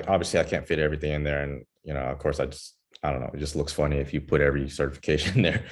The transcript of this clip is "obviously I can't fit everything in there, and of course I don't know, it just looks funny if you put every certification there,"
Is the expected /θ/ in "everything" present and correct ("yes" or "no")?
yes